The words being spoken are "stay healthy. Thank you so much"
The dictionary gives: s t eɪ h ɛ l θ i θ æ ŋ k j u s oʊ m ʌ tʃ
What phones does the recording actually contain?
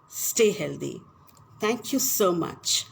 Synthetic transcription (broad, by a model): s t eɪ h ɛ l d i t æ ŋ k j u s oʊ m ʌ tʃ